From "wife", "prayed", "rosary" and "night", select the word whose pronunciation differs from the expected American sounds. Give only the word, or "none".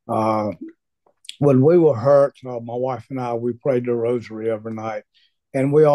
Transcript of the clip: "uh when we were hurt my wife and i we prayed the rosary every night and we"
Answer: none